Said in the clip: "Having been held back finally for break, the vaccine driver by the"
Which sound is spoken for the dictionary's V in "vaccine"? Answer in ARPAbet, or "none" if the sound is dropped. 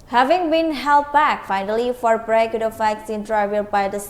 F